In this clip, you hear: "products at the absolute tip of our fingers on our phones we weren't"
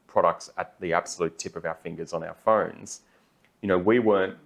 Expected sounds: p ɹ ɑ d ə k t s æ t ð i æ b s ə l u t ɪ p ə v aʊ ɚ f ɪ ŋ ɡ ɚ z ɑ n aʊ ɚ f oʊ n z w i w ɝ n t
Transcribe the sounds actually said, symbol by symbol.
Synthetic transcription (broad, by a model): p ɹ ɑ d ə k t s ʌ t ð i æ b s ə l u t ɪ p ə v aʊ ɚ f ɪ ŋ ɡ ɚ z n aʊ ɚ f oʊ n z w i w ɝ n t